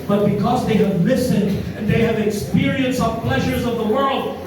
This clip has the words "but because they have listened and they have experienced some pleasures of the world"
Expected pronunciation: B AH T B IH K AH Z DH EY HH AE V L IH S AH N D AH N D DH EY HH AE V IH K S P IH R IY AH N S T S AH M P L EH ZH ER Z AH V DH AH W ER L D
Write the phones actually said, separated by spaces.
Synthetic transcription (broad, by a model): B AH T B IH K AH Z DH EY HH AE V L IH S AH N D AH N DH EY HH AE V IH K S P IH R IY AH N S S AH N P L EH ZH ER Z AH V DH AH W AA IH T